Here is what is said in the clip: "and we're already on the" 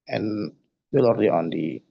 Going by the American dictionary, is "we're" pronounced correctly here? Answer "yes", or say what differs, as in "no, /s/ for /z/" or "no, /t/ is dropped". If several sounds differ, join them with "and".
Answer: no, /l/ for /ɹ/